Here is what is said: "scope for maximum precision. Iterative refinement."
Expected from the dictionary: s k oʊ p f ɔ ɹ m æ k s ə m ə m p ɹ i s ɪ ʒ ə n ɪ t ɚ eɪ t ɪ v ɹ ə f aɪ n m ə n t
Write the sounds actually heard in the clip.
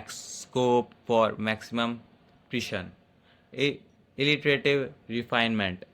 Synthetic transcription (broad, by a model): s k oʊ p f ɔ ɹ m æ k s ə m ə m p ɹ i ʃ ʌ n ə l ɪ t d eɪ t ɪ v ɹ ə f aɪ n m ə n t